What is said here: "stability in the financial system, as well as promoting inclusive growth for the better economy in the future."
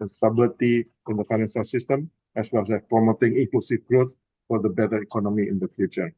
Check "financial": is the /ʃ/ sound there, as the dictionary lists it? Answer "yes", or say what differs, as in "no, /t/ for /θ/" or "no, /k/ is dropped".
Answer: no, /s/ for /ʃ/